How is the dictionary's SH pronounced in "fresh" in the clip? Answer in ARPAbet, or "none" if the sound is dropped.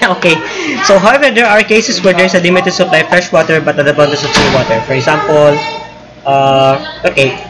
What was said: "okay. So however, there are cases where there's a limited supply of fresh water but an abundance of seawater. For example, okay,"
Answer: SH